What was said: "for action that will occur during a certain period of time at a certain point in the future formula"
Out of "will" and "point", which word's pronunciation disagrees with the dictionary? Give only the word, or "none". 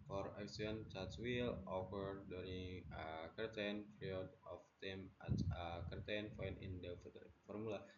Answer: point